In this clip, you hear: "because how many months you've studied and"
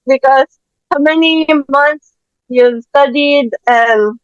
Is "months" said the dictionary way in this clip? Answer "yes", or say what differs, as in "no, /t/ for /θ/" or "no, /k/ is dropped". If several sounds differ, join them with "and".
no, /t/ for /θ/